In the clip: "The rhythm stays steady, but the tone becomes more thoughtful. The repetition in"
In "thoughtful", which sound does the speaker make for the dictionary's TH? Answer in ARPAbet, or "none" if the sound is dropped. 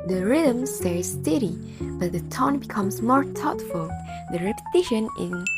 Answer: T